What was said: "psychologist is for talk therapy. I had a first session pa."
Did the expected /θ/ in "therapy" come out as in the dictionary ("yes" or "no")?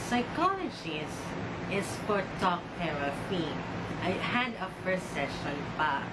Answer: no